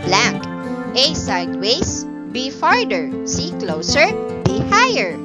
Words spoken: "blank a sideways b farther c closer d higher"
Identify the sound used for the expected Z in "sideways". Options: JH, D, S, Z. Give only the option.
S